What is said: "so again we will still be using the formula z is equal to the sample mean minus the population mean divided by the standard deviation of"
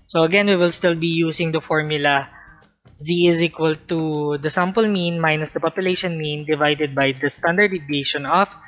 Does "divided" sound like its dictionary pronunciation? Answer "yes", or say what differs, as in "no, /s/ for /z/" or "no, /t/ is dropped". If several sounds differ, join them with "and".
yes